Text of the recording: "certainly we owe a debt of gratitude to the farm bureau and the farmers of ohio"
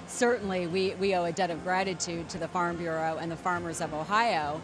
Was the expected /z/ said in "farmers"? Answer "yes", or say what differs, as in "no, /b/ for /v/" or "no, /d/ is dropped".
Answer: yes